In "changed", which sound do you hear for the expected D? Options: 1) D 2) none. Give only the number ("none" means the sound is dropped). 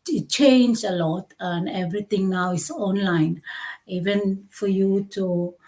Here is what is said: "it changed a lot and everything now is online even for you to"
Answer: 2